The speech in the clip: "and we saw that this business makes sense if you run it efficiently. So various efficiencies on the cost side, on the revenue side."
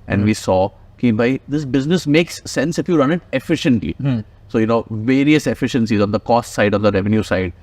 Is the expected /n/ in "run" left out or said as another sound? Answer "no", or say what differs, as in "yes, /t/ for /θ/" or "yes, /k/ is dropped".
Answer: no